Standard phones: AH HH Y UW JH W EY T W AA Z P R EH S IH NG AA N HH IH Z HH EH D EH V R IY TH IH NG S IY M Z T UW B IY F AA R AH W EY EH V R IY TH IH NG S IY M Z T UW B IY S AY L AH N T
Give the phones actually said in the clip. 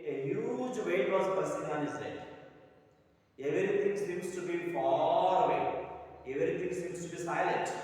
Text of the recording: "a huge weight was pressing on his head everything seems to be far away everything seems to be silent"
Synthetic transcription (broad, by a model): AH HH Y UW JH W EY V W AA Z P AH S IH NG AA N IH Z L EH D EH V R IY T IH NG S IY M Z T UW B IY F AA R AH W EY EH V R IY T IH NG S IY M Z T UW B IY S AY L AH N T